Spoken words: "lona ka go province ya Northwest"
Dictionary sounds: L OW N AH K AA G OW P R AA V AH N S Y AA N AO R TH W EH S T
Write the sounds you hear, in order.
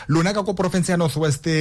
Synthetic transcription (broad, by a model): L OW N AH K AA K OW P R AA F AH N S Y AA N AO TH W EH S T